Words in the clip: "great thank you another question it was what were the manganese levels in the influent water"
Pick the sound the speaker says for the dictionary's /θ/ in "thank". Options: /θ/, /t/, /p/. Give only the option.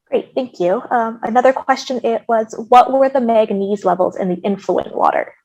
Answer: /θ/